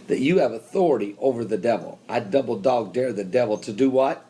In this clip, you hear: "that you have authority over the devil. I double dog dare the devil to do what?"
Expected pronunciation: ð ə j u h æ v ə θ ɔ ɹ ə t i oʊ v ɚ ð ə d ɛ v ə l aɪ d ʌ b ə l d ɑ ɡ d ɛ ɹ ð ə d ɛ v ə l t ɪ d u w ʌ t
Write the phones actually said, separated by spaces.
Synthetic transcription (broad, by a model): ð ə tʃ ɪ v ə θ ɔ ɹ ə t i oʊ v ɚ ð ə d ɛ v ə l aɪ d ʌ b l d ɑ ɡ d ɛ ɹ ð ə d ɛ v l t ɪ d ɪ w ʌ t